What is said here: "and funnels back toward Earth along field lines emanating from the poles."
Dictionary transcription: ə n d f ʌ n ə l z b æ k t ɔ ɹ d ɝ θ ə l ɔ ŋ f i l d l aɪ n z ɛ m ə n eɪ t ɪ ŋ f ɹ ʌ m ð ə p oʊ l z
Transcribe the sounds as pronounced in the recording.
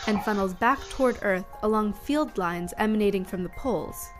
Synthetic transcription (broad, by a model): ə n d f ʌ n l z b æ k t ɔ ɹ d ɝ θ ə l ɔ ŋ f i l d l aɪ n z ɛ m ə n eɪ t ɪ ŋ f ɹ ʌ m ð ə p oʊ l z